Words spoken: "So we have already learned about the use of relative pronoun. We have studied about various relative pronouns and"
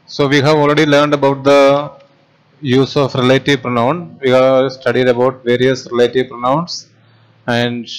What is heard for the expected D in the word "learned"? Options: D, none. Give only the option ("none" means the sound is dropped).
D